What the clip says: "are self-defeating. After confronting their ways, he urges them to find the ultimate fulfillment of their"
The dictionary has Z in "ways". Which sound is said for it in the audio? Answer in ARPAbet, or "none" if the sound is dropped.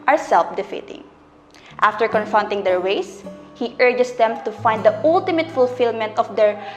S